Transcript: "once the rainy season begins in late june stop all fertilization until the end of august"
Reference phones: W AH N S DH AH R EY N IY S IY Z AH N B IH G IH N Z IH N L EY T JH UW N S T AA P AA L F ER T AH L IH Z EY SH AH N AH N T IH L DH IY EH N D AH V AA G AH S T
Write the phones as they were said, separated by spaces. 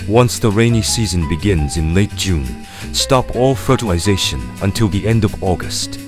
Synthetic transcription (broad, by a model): W AH N S DH AH R EY N IY S IY Z AH N B IH G IH N Z IH N L EY T JH UW N S T AA P AA L F ER T AH L IH Z EY SH AH N AH N T IH L DH IY EH N D AH V AA G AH S T